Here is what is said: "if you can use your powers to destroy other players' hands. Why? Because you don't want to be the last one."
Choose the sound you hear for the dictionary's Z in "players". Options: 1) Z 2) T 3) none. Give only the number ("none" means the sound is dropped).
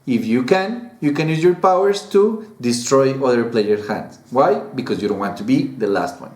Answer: 3